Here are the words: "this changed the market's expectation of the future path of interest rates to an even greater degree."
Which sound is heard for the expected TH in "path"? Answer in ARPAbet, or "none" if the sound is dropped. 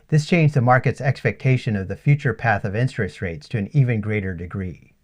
TH